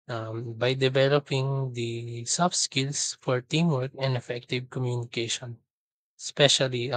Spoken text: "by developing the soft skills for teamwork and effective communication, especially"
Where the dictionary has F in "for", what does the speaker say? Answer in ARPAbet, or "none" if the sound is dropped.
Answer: F